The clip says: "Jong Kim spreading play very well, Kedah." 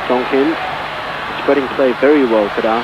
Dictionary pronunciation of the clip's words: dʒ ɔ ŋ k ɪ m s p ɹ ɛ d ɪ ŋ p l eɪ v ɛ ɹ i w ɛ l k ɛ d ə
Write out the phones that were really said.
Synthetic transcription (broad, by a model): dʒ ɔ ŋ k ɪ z s p ɹ ɛ d ɪ ŋ p l eɪ v ɛ ɹ i w ɛ l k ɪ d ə